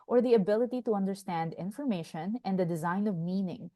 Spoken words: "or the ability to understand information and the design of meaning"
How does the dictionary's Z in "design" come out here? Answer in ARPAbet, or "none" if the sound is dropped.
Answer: Z